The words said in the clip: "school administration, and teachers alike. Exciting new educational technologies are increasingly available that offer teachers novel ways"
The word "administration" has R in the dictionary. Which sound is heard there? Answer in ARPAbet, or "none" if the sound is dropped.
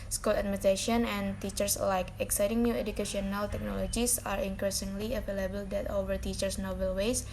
none